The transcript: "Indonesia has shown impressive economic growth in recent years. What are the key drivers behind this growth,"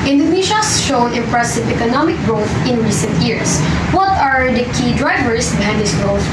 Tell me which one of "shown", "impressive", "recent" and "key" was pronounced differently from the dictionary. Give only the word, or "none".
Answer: shown